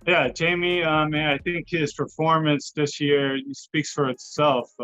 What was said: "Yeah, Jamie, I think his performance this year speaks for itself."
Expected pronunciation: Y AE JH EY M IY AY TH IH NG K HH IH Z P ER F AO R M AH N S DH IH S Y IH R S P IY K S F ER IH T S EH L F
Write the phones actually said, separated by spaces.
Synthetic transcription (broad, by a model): Y AE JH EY M IY AY TH IH NG K HH IH Z P ER F AO R M AH N S DH IH S Y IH R S P IY K S F ER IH T S EH L F